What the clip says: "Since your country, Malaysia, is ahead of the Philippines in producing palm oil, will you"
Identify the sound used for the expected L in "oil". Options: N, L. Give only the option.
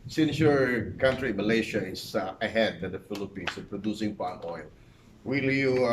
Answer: L